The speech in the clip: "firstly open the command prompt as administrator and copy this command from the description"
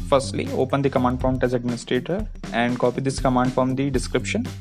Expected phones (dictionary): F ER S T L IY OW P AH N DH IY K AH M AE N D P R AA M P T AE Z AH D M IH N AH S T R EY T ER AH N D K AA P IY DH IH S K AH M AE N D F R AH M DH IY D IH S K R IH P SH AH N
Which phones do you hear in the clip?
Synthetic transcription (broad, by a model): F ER S T L IY OW P AH N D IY K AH M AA N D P AA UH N T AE Z AH D M IH N AH S T R EY T ER AH N D K AA P IY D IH S K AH M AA N D F R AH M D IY D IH S K R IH P SH AH N